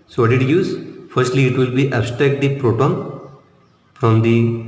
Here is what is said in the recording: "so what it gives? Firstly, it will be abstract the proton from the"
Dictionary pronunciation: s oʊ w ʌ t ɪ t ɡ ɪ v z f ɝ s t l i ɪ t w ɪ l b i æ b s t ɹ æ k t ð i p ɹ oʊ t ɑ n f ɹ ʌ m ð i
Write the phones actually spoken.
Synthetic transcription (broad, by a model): s oʊ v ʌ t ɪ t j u z f ɝ s t l i ɪ t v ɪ l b i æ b s t ɹ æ k t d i p ɹ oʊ t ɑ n f ɹ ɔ m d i